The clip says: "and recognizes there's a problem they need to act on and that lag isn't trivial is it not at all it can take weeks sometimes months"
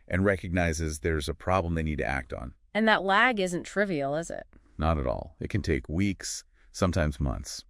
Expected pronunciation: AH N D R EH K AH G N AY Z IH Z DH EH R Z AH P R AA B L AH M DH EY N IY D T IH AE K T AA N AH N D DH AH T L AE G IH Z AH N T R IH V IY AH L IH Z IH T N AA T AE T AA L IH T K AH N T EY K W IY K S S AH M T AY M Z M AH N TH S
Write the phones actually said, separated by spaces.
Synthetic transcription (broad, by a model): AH N R EH K AH G N AY Z IH Z DH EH R Z AH P R AA B L AH M DH EY N IY D T IH AE K T N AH N DH AH T L AE G IH Z AH N T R IH V IY L IH Z IH T N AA T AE T AA L IH T K AH N T EY K W IY K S S AH M T AY M Z M AH N TH S